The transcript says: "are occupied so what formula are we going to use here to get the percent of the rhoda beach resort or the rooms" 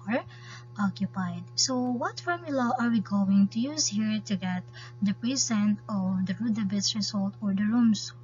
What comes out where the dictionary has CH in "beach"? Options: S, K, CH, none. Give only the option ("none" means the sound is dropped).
S